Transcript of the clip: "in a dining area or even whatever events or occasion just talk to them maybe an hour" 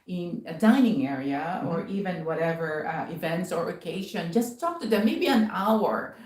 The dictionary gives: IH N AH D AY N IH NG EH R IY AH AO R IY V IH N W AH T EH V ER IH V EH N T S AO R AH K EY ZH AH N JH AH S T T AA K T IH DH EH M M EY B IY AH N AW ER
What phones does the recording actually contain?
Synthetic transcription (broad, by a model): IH N AH D AY N IH NG EH R IY AH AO R IY V IH N W AH T EH V ER IH V EH N T S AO R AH K EY SH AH N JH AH S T T AA K T IH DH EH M M EY B IY AH N AW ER